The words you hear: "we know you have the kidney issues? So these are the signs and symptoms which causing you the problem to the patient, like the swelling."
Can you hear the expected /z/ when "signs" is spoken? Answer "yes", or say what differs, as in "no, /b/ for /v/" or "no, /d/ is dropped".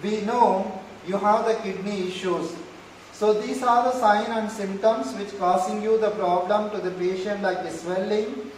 no, /z/ is dropped